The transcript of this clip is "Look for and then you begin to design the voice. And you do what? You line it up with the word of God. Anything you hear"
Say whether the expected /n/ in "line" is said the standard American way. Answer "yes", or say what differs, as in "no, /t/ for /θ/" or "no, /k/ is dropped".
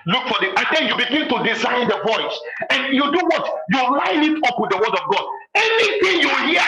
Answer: yes